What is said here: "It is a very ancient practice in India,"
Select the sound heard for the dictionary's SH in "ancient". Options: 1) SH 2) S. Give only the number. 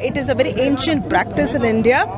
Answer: 1